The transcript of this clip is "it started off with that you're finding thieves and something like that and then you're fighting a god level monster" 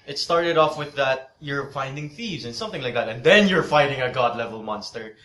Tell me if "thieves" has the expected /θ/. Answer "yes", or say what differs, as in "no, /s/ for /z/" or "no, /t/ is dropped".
yes